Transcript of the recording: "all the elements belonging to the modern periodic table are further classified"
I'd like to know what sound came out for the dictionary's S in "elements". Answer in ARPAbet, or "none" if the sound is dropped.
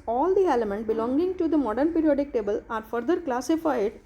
none